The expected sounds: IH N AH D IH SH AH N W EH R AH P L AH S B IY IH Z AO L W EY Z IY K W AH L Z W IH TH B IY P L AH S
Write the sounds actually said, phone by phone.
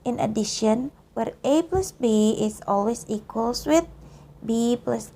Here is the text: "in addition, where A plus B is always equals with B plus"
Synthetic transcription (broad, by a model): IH N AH D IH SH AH N W EH R AH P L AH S B IY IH S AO L W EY S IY K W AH L S W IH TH B IY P L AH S